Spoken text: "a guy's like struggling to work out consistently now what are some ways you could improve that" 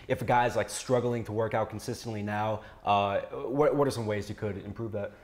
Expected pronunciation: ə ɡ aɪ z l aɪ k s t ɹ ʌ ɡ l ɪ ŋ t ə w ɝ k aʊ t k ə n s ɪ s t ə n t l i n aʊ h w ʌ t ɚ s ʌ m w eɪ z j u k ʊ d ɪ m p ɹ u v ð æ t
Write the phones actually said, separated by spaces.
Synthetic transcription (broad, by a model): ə ɡ aɪ z l aɪ k s t ɹ ʌ ɡ l ɪ ŋ t ə w ɝ k aʊ t k n s ɪ s t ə n t l i n aʊ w w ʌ t ɚ s ʌ m w eɪ z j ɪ k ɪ d ɪ m p ɹ u v ð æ t